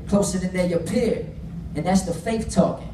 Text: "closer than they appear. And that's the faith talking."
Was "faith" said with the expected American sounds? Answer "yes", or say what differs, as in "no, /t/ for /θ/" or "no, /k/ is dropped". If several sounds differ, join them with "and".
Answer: no, /f/ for /θ/